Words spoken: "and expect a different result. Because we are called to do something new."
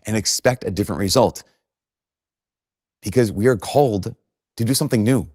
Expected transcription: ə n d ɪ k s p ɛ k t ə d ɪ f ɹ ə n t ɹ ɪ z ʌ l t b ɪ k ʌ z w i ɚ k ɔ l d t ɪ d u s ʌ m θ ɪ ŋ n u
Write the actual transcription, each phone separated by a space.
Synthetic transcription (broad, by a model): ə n ɪ k s p ɛ k t ə d ɪ f ɹ ə n t ɹ ɪ z ʌ l t b ɪ k ʌ z w i ɚ k ɔ l d t ɪ d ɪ s ʌ m θ ɪ ŋ n u